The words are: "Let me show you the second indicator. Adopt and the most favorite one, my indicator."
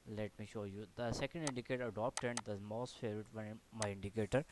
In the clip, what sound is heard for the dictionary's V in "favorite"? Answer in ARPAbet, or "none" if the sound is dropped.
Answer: none